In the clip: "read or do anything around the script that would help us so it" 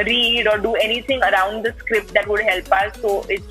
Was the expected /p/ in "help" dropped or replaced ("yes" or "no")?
no